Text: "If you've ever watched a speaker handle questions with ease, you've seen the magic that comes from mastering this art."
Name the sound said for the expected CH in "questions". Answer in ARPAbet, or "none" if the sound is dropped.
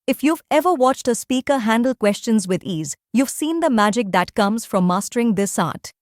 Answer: CH